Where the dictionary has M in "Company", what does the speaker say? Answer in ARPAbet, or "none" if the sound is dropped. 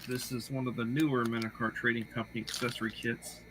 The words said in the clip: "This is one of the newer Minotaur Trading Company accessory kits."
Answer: M